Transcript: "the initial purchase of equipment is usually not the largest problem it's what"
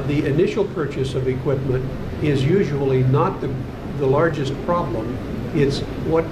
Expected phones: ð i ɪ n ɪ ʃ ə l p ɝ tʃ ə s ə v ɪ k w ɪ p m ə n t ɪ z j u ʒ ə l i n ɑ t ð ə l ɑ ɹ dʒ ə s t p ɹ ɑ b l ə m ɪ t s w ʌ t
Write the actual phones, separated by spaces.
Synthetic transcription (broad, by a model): ð i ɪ n ɪ ʃ l p ɝ tʃ ə s ə v ɪ k w ɪ p m ə n t ɪ z j u ʒ ə l i n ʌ t ð ə l ɑ ɹ dʒ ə s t p ɹ ɑ b l ə m ɪ t s w ʌ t